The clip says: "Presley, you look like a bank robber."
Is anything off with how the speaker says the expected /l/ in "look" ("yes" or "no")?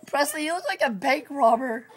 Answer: yes